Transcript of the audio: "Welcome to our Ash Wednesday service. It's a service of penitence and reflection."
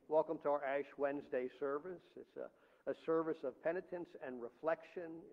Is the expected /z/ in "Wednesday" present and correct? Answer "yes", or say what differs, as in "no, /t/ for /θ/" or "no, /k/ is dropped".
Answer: yes